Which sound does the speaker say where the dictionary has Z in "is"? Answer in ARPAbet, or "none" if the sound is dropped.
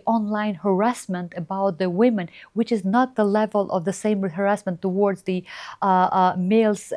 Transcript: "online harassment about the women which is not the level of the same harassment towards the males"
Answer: Z